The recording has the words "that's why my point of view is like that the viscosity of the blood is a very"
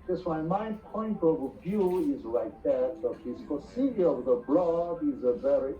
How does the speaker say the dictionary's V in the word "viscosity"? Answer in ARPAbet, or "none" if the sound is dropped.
F